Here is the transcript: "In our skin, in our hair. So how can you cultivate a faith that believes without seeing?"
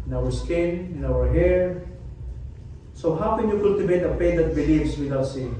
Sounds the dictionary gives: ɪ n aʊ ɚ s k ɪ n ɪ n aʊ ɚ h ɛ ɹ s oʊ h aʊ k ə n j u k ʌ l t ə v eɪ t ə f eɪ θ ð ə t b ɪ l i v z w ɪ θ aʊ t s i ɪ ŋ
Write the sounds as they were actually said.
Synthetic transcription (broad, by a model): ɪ n aʊ ɚ s k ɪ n ɪ n aʊ ɚ h ɛ ɹ s oʊ h aʊ k ə n j u k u l t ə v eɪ t ə p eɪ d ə t b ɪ l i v s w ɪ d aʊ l s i